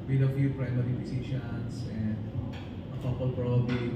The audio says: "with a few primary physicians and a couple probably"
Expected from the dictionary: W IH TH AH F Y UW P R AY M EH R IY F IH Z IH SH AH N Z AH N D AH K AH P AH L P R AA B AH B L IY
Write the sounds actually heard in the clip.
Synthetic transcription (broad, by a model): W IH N AH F Y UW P R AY M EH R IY P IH S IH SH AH N S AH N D AH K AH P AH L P R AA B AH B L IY